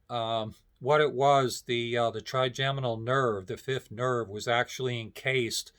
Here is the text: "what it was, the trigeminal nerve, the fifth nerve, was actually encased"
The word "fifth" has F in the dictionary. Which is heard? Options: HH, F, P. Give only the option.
F